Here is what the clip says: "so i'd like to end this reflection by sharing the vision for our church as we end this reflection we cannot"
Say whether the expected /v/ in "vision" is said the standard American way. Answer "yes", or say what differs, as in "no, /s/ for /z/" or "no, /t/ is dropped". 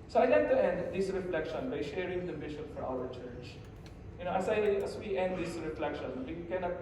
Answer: no, /b/ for /v/